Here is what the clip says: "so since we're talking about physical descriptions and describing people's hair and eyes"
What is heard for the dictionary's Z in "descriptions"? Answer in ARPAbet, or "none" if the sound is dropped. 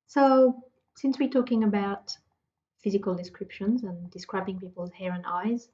Z